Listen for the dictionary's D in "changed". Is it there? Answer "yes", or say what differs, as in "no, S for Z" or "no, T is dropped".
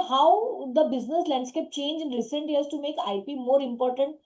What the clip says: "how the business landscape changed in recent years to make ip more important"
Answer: no, D is dropped